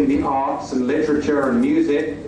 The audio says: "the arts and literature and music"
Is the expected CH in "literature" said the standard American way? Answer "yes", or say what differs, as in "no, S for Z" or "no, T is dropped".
yes